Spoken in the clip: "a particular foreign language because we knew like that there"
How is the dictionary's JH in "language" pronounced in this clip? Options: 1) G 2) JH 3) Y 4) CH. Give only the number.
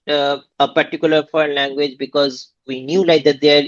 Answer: 2